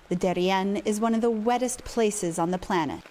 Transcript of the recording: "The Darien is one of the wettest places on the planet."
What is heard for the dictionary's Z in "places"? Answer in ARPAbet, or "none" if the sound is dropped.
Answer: Z